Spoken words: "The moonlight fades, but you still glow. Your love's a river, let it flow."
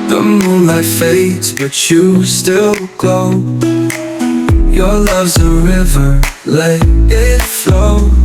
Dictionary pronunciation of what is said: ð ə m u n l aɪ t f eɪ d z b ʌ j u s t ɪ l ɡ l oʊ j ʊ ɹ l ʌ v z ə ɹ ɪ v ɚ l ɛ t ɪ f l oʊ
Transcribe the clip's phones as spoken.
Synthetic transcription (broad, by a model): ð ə m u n l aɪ f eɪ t b ʌ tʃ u s t ɪ l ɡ oʊ j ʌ ɹ l ʌ v z ə ɹ ɪ v ɚ l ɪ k ɪ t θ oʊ